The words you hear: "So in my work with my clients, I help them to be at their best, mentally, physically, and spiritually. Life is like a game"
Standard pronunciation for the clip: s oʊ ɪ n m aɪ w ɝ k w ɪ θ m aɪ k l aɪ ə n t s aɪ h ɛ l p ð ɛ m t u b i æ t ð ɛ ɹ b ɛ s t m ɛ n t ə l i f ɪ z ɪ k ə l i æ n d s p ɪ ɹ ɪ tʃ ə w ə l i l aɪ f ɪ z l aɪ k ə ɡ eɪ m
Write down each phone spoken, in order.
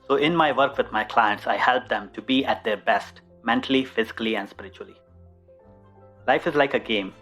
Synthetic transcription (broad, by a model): s oʊ ɪ n m aɪ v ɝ k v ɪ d m aɪ k l aɪ ə n t s aɪ h ɛ l p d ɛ m t u b i æ t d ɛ ɹ b ɛ s t m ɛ n t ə l i f ɪ z ɪ k ə l i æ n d s p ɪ ɹ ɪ tʃ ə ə l i l aɪ f ɪ z l aɪ k ə ɡ eɪ m